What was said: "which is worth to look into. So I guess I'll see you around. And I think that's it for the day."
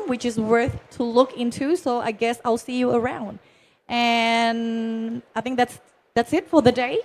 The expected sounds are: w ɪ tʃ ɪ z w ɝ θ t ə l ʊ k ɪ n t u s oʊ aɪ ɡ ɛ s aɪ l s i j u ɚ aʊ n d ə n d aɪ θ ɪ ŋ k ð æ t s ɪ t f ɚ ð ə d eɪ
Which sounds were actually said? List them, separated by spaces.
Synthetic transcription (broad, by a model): w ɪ tʃ ɪ z w ɝ θ t ə l ʊ k ɪ n t u s oʊ aɪ ɡ ɛ s aɪ l s i j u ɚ aʊ n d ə n aɪ θ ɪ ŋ k ð æ t s ɪ t f ɚ ð ə d eɪ